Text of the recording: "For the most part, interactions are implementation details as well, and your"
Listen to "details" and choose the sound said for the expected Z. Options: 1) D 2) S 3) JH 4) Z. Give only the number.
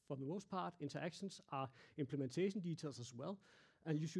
2